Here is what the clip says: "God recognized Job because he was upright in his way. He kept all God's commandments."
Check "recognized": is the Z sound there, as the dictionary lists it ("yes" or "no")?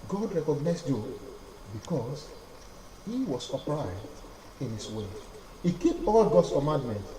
no